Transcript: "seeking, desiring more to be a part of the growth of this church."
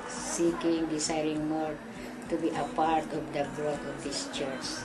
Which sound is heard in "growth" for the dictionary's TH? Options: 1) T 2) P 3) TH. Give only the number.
1